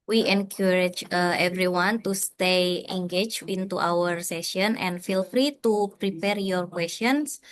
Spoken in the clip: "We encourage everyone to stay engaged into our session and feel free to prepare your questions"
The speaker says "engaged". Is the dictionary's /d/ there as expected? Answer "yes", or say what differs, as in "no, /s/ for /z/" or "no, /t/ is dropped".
no, /d/ is dropped